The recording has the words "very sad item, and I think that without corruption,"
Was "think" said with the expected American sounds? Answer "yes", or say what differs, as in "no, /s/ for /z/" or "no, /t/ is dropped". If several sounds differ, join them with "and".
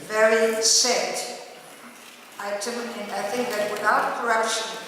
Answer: yes